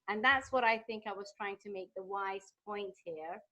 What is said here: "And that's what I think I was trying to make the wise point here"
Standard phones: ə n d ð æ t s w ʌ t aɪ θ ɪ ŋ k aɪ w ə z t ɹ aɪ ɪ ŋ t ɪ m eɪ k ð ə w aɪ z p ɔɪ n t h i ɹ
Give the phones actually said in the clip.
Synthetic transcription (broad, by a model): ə n ð æ t s w ʌ t aɪ θ ɪ ŋ k aɪ w ə z t ɹ aɪ ɪ ŋ t ɪ m eɪ k ð ə w aɪ z p ɔɪ n t h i ɹ